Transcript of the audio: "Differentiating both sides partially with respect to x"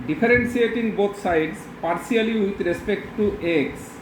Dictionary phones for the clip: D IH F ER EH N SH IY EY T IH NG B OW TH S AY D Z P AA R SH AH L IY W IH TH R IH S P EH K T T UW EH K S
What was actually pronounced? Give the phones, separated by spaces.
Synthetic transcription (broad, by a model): D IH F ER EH N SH IY EY T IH NG B OW T S AY D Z P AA R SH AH L IY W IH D R IH S P EH K T T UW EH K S